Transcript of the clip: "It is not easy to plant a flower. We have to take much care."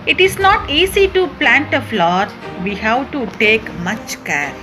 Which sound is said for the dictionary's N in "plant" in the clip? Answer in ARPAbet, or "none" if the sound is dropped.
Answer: N